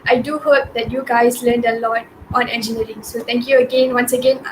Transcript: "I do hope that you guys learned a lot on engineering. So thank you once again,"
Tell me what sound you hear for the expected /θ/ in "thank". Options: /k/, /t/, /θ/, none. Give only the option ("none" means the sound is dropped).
/t/